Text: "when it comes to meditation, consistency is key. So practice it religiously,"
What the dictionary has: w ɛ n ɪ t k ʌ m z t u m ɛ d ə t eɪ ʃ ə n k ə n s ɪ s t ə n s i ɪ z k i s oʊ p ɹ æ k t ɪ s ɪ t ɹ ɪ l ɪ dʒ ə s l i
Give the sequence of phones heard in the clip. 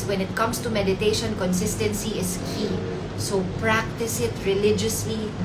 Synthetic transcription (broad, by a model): w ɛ n ɪ t k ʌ m s t u m ɛ d ə t eɪ ʃ ə n k ə n s ɪ s t ə n s i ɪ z k i s oʊ p ɹ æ k t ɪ s ɪ t ɹ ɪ l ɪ dʒ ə s l i